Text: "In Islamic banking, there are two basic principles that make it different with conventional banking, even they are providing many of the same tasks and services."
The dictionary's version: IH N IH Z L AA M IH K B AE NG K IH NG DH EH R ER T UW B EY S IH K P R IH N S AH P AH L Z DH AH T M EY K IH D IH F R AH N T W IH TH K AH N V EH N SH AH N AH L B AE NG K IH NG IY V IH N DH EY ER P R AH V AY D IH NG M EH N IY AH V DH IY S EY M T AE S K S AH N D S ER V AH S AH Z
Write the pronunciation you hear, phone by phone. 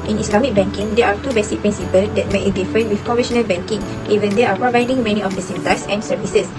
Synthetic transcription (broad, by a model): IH N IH S L AA M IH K B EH NG K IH NG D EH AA T UW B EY S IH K P R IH N S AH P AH L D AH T M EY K IH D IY F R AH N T W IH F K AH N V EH SH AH N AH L B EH NG K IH NG IY V IH N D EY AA P R AH V AY D IH NG M EH N IY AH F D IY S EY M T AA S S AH N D S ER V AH S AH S